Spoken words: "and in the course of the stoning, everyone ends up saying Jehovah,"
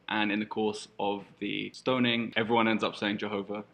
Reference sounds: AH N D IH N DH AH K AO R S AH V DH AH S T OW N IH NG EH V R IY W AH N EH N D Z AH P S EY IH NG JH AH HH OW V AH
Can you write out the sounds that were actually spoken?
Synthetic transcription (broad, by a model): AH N IH N DH AH K AO S AH V DH AH S T OW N IH NG EH V R IY W AH N EH N D Z AH P S EY IH NG JH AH HH OW V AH